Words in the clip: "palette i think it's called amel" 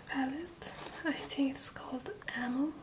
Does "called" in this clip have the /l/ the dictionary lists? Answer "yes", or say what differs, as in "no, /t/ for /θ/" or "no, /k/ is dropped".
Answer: yes